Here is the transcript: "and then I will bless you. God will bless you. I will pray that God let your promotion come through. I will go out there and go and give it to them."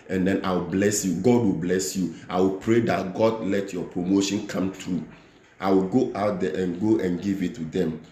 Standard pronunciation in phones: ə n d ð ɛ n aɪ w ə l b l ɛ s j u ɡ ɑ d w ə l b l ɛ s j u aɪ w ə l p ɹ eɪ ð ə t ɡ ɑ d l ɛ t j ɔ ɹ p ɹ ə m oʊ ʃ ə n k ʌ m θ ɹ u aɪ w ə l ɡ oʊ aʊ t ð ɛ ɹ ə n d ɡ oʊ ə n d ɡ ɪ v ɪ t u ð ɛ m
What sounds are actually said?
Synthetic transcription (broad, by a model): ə n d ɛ n aɪ w ə l b l ɛ s j u ɡ ɑ d w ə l b l ɛ s j u aɪ w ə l p ɹ eɪ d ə t ɡ ɑ d l ɛ t j ɔ p ɹ ə m oʊ ʃ ə n k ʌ m t ɹ u aɪ w ə l ɡ oʊ aʊ t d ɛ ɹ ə n ɡ oʊ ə n ɡ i v ɪ t u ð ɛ m